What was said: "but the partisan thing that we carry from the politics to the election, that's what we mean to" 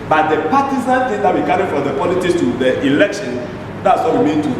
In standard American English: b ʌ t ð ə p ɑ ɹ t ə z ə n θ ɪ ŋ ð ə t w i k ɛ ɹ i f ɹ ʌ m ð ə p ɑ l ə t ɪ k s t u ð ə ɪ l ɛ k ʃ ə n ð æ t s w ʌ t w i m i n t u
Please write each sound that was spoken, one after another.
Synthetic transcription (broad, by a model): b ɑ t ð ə p ɑ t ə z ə n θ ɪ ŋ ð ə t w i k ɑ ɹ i f ɹ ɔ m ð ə p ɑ l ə t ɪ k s t u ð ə ɪ l ɛ k ʃ ə n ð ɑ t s w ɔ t w i m i n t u